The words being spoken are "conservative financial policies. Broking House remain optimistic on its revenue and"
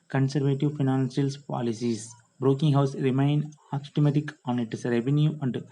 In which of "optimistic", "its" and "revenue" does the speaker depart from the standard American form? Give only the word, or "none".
optimistic